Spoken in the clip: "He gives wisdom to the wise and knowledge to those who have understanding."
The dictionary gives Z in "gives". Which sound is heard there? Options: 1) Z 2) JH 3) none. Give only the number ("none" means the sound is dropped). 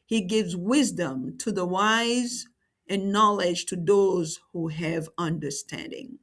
1